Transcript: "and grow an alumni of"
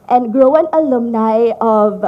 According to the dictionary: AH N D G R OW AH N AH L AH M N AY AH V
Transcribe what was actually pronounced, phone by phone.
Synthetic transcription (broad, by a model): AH N G R OW AH N AH L AH M N AY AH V